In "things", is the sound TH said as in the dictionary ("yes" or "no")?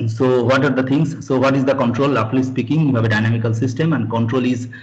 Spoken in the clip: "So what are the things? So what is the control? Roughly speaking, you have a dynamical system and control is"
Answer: no